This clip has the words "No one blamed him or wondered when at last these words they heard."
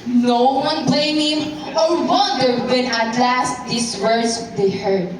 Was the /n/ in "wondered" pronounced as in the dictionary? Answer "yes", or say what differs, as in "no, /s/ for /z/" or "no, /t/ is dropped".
no, /n/ is dropped